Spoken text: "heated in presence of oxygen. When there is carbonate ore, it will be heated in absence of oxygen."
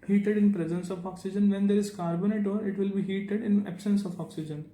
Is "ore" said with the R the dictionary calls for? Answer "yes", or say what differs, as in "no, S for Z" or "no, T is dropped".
yes